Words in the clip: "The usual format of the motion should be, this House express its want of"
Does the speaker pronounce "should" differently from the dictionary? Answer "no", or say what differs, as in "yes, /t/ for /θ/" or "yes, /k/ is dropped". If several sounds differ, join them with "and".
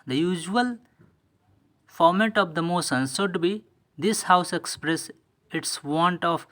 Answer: yes, /s/ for /ʃ/